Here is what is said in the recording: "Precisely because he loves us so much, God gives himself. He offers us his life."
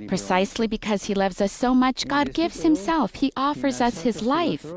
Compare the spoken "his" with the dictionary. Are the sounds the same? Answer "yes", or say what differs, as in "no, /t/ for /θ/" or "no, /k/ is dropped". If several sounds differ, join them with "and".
yes